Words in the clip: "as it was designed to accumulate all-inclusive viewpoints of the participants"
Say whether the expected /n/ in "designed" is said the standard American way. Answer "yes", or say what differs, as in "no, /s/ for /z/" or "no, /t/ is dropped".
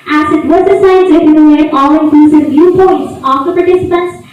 no, /n/ is dropped